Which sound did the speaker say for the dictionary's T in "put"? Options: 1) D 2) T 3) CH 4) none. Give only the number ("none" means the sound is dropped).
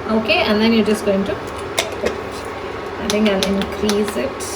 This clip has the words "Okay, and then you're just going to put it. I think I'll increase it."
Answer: 4